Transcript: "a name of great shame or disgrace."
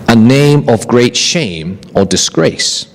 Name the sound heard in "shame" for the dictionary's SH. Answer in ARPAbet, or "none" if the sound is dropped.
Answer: SH